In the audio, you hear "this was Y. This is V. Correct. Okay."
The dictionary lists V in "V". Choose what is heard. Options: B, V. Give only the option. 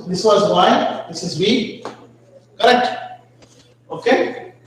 B